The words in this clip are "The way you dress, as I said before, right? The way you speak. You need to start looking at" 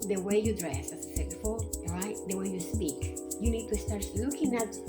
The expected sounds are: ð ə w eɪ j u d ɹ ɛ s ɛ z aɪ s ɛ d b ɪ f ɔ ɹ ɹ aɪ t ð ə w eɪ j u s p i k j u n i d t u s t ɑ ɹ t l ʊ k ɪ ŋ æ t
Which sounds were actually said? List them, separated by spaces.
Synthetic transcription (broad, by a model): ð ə w eɪ j u d ɹ ɛ s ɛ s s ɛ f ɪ ɔ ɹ ɹ aɪ t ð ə w eɪ j u s p i k j u n i d t u s t ɑ ɹ t l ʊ k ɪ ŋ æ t